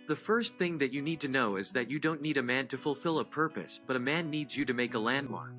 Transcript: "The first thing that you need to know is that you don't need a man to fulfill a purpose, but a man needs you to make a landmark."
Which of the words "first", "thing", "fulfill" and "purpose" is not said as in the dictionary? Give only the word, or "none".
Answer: none